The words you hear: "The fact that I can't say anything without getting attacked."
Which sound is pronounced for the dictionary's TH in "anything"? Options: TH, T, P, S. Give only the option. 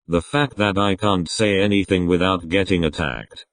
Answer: TH